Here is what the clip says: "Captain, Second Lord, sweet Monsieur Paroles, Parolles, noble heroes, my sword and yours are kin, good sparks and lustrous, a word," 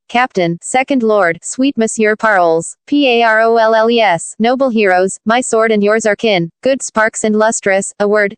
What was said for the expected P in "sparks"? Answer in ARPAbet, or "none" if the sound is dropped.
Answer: P